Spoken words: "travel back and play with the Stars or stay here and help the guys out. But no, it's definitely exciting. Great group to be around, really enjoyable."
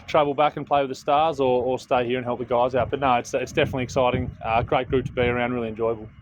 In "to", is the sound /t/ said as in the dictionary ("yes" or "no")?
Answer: yes